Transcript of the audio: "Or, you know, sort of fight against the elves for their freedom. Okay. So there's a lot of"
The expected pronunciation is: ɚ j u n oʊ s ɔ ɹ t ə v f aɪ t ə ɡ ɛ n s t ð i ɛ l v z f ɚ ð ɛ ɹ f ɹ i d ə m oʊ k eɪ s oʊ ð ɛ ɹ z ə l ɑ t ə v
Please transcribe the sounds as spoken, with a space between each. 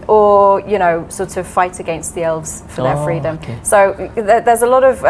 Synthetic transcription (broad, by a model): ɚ j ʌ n oʊ s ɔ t ə v f aɪ t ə ɡ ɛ n s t ð i ɛ l v z f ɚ ð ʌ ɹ f ɹ i d ə m s oʊ ð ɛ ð z ə l ɑ t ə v